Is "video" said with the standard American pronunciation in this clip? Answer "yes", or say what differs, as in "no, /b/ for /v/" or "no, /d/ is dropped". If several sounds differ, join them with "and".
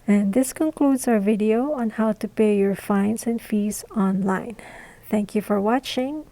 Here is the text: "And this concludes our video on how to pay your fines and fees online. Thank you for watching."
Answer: yes